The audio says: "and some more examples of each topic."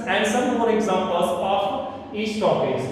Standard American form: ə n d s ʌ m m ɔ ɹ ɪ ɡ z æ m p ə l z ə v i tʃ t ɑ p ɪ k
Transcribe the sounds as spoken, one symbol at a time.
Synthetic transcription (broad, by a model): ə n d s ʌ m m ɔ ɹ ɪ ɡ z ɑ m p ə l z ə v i s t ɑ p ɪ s